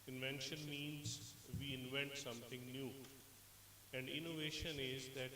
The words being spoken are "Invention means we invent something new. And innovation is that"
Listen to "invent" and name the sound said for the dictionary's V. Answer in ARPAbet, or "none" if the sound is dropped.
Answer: V